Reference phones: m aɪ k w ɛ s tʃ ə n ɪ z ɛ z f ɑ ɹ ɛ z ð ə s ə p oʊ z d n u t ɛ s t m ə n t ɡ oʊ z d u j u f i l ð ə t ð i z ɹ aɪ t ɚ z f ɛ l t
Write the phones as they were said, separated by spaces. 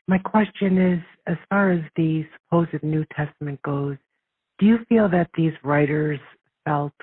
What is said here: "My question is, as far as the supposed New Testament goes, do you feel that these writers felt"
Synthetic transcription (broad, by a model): m aɪ k w ɛ s tʃ ə n ɪ z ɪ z f ɑ ɹ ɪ z ð ə s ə p oʊ z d n u t ɛ s t m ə n ɡ oʊ z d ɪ j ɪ f i l ð ə t ð i z ɹ aɪ t ɚ z f ɛ l t